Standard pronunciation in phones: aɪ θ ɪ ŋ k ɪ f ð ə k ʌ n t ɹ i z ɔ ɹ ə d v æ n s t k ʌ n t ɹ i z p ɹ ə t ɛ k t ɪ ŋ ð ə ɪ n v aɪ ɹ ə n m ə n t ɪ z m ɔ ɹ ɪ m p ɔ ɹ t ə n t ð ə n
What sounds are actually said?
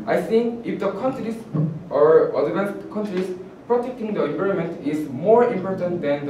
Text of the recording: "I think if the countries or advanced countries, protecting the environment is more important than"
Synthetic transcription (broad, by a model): aɪ s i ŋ ɪ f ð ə k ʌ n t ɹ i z ɔ ɹ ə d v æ n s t k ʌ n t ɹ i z p ɹ ə t ɛ k t ɪ ŋ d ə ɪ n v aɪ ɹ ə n m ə n t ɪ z m ɔ ɹ ɪ m p ɔ ɹ t ə n t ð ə n